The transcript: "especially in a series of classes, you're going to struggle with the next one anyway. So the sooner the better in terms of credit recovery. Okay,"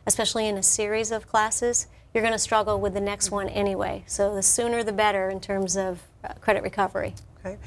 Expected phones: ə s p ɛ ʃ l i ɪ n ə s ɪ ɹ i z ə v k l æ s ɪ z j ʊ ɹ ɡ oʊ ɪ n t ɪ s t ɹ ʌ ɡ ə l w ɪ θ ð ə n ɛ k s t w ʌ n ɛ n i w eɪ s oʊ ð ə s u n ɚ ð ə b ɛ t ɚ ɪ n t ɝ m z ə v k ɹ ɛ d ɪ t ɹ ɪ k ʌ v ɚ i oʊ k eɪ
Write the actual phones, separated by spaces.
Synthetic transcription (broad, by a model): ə s p ɛ ʃ l i ɪ n ə s ɪ ɹ i z ə v k l æ s ɪ z j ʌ ɹ ɡ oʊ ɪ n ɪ s t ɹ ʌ ɡ l w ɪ ð ə n ɛ k s t w ʌ n ɛ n i w eɪ s oʊ ð ə s u n ɚ ð ə b ɛ t ɚ ɪ n t ɝ m z ə v k ɹ ɛ d ɪ t ɹ ɪ k ʌ v ɚ i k